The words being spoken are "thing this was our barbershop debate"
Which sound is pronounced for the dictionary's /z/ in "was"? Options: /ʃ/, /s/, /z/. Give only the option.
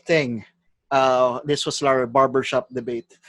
/s/